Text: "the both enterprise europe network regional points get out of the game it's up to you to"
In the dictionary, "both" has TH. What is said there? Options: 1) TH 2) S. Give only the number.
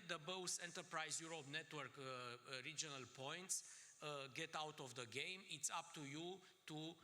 2